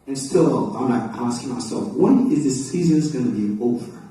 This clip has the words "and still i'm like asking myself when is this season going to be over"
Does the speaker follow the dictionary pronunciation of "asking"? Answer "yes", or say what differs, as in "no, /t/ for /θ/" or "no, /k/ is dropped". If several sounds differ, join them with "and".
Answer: yes